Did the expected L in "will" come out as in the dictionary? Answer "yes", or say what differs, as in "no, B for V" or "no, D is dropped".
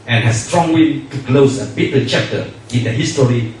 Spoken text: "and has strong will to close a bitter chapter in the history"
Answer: no, N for L